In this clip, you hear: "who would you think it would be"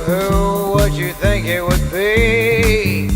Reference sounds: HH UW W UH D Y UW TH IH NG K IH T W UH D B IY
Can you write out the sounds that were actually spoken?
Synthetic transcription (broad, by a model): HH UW W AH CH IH TH IH NG K IH T W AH D B IY